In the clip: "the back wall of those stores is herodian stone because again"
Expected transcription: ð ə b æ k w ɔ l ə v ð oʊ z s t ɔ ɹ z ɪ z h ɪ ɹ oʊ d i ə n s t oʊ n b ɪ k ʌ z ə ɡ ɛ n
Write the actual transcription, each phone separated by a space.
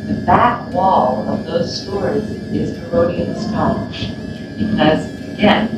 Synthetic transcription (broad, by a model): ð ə b æ k w ɔ l ə v ð oʊ z s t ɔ ɹ z ɪ z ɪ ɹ oʊ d i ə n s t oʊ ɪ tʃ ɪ ʌ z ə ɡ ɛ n